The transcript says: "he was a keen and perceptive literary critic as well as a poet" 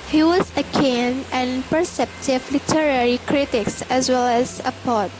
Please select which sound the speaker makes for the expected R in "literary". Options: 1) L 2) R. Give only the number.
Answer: 2